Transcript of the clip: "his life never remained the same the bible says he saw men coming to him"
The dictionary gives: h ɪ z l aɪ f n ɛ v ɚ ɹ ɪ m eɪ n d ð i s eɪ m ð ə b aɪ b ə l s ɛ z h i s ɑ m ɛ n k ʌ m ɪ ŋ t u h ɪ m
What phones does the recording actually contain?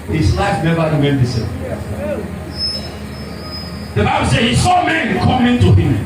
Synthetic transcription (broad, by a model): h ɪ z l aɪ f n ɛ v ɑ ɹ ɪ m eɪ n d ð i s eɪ ð ə b aɪ b ə l s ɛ h i s ɑ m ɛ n k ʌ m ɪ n t u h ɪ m